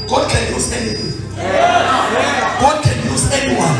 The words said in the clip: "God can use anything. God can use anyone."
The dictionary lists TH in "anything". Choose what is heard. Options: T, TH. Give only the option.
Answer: T